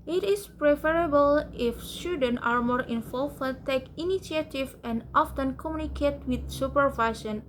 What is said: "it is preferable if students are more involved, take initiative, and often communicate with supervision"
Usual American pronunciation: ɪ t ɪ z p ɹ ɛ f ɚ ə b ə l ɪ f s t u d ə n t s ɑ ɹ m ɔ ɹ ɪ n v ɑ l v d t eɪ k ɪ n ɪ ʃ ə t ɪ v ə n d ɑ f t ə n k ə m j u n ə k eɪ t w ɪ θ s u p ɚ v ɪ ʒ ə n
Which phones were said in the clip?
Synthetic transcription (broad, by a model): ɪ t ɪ s p ɹ ɛ f ɚ ə b ə l ɪ f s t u d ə n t ɑ ɹ m ɔ ɹ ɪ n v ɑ l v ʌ t eɪ k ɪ n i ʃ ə t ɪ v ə n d ɑ f t ə n k ə m j u n ə k eɪ t w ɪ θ s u p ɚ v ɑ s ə n